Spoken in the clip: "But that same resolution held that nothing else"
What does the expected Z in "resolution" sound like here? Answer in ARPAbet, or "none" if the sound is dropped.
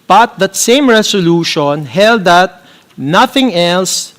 S